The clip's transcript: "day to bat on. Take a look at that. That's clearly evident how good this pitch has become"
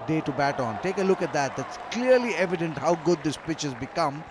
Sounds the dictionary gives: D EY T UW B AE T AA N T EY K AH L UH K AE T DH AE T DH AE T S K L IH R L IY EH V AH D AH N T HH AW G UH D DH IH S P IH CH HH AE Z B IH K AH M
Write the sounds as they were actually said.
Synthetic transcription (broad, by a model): D EY T UW B AE T AA N T EY K AH L UH K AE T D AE T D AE T S K L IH R L IY EH V AH D AH N T HH AW G UH D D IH S P IH CH HH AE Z B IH K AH M